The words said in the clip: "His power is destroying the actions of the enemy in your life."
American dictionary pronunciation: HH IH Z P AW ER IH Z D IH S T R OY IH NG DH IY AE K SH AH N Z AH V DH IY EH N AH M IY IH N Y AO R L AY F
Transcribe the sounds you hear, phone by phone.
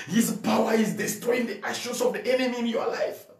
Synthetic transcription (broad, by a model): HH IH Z P AW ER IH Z D IH S T R OY IH NG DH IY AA SH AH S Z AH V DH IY EH N AH M IY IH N Y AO L AY F